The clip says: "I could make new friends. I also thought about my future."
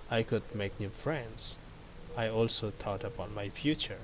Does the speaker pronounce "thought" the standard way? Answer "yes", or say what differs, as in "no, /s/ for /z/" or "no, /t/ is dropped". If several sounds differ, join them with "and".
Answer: no, /t/ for /θ/